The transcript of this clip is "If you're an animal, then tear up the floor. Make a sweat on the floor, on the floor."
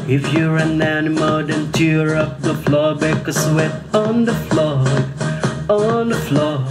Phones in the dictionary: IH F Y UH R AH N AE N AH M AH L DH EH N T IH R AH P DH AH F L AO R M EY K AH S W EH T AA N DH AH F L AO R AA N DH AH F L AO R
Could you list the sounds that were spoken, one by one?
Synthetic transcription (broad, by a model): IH F Y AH R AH N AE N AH M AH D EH N T IH R AH P DH AH F L AO R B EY K AH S W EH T N DH AH F L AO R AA N DH AH F L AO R